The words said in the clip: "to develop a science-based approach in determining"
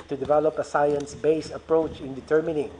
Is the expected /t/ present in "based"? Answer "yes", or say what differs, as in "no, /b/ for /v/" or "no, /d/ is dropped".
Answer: no, /t/ is dropped